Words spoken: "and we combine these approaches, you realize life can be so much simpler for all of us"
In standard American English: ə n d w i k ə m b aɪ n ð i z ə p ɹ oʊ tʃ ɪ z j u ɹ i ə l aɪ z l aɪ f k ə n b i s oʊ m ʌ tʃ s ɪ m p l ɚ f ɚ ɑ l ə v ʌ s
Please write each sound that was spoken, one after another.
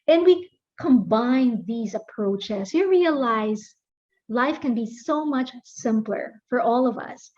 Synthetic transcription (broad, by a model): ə n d w i k ə m b aɪ n ð i z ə p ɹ oʊ tʃ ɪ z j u ɹ i ə l aɪ z l aɪ f k ə n b i s oʊ m ʌ tʃ s ɪ m p l ɚ f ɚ ɑ l ə v ʌ s